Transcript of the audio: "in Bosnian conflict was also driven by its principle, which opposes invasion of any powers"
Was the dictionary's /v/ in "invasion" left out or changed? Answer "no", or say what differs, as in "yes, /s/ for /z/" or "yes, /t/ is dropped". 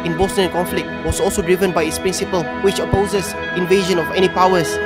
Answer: no